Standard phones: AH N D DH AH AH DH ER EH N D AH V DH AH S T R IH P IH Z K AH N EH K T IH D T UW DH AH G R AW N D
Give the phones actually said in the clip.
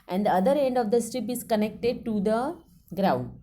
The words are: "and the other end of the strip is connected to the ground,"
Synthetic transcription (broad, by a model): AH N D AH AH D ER EH N D AH V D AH S T R IH P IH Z K AH N EH K T IH D T UW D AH G R AW N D